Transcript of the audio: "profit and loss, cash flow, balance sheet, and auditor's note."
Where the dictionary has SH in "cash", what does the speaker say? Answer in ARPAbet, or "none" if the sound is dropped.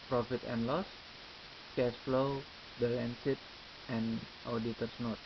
S